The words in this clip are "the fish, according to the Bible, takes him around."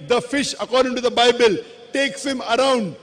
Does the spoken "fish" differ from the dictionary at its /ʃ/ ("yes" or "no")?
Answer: no